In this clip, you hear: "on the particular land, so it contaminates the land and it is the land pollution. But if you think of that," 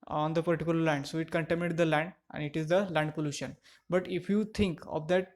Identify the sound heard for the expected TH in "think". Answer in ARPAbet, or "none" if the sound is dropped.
T